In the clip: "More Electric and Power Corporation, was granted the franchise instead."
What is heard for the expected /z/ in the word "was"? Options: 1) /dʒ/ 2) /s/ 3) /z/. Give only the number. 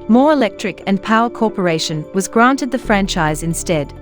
3